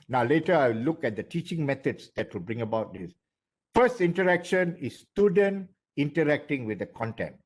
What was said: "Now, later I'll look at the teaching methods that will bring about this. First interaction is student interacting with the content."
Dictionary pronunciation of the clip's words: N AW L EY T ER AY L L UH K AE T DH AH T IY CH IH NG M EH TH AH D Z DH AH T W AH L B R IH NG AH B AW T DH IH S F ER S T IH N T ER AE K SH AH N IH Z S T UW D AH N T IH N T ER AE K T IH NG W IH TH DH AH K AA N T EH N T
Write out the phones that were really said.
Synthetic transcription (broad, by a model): N AW L EY T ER AY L L UH K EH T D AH T IY CH IH NG M EH T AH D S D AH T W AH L B R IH NG AH B AW T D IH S F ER S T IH N T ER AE K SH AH N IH S T UW D AH N T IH N T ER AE K T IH NG W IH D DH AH K AA N T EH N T